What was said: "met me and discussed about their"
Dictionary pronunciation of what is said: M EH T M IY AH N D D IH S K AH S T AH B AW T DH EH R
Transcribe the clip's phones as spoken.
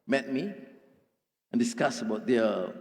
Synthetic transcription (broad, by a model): M EH T M IY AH N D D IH S K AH S AH B AW T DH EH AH